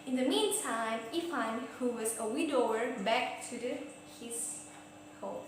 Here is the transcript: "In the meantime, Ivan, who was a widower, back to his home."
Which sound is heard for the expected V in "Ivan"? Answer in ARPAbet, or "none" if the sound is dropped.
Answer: F